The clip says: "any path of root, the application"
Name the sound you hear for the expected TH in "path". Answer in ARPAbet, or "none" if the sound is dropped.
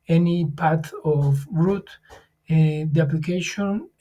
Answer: T